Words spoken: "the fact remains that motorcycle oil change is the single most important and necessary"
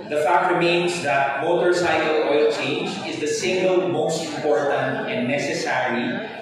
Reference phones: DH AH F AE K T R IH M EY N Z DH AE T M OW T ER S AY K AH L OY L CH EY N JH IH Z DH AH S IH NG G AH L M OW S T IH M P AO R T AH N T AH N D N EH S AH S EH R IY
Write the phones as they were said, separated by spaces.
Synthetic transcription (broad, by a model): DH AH F AE K T R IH M EY N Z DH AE T M OW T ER S AY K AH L OY L CH EY N JH IH Z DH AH S IH NG G AH L M OW S T IH M P AO R T AH N T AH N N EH S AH S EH R IY